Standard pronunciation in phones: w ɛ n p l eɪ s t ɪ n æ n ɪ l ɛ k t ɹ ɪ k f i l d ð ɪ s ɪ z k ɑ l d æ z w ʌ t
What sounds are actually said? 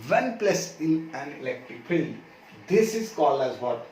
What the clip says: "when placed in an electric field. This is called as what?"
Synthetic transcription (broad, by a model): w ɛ n p l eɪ s ɪ n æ n ɪ l ɛ k t ɹ ɪ k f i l d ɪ s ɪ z k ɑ l æ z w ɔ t